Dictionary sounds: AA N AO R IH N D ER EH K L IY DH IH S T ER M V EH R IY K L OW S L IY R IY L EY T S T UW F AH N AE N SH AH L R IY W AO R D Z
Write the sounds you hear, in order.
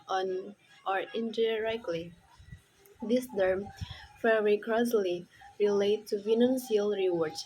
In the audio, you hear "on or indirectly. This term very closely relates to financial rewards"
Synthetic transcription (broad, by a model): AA N AO R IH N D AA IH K L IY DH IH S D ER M F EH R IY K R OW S L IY R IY L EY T T UW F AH N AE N S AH L R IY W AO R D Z